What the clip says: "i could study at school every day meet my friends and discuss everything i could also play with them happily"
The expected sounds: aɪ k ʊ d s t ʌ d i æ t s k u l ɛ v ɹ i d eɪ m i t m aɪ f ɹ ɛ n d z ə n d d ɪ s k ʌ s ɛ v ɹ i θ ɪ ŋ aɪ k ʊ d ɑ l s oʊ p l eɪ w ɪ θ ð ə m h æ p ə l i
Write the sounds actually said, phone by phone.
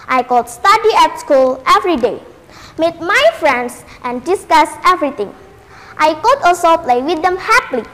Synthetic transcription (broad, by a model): aɪ k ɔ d s t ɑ d i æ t s k u l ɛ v ɹ i d eɪ m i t m aɪ f ɹ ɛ n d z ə n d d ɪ s k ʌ s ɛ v ɹ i t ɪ ŋ aɪ k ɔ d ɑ s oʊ p l eɪ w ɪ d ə m h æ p l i